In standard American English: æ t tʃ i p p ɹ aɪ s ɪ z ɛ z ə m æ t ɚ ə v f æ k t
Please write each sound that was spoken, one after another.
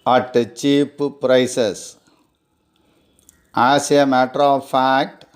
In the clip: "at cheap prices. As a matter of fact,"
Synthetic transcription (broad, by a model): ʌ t tʃ i p p ɹ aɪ s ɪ s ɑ s ə m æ t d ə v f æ k t